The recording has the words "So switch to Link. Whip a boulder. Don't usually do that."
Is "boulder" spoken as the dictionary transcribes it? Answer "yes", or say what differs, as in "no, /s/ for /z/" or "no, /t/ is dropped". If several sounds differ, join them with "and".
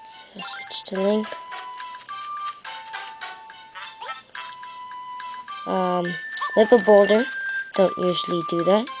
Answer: yes